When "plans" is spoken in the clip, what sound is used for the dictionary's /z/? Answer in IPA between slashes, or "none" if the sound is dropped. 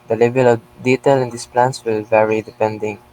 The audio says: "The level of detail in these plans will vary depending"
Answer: /s/